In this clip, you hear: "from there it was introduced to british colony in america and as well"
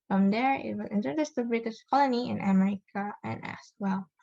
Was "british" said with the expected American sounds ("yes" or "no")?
yes